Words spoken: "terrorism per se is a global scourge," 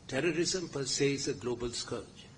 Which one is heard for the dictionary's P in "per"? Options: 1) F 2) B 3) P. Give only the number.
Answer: 3